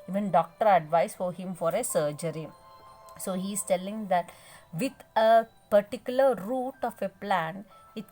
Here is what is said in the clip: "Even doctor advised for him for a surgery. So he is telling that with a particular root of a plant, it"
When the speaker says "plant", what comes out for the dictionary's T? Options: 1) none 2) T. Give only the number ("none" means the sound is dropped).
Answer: 1